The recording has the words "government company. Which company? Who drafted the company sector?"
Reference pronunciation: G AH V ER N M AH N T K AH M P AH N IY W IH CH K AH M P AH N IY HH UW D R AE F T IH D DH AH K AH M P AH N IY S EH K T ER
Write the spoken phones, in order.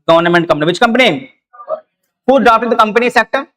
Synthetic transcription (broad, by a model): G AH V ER N M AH N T K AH M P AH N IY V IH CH K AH M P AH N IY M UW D AA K T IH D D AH K AH M P AH N IY S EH K T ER